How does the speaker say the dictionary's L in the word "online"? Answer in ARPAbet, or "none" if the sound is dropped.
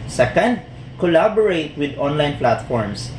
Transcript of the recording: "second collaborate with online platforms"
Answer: L